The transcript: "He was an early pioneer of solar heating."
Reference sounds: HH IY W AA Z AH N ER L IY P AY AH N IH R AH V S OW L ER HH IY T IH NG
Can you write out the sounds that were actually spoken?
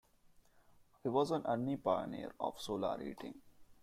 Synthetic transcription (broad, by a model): HH IY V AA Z AH N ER N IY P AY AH N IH R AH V S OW L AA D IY T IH NG